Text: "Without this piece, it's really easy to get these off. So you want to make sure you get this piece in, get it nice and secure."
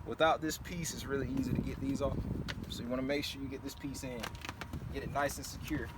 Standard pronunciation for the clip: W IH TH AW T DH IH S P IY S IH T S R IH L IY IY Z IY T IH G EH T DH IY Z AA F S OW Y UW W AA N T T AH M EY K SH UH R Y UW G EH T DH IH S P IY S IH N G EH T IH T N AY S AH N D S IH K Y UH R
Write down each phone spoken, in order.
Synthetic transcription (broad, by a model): W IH TH AW T DH IH S P IY S IH T S R IH L IY IY Z IY T IH G EH T DH IY Z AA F S OW Y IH W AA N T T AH M EY K SH UH R Y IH G EH T DH IH S P IY S IH N G EH T IH T N AY S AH N S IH K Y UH R